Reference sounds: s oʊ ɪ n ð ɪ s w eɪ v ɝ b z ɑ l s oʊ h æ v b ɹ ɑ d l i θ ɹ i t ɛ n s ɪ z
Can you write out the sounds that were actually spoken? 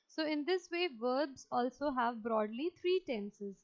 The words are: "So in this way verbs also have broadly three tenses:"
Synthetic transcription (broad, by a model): s oʊ ɪ n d ɪ s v eɪ v ɝ b z ɑ l s oʊ h æ v b ɹ ɑ d l i t ɹ i t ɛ n s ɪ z